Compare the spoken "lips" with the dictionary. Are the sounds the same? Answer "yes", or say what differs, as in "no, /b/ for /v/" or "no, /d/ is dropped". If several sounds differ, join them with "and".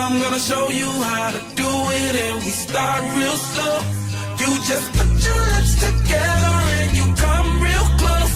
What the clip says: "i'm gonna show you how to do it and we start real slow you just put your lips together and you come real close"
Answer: no, /p/ is dropped